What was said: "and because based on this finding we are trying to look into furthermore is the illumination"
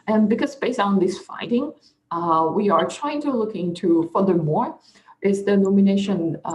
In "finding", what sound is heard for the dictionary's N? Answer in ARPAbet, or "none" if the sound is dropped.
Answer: none